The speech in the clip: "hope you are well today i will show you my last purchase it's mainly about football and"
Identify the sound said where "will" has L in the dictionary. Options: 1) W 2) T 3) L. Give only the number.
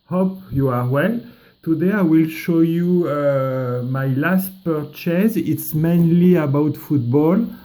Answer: 3